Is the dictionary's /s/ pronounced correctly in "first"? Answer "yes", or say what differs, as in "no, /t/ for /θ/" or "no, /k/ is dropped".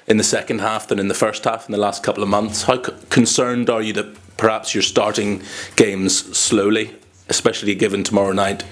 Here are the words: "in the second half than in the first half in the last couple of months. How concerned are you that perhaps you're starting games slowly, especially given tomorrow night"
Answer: yes